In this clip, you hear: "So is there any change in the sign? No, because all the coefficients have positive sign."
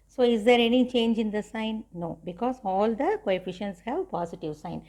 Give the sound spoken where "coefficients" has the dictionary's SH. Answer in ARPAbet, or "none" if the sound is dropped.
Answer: SH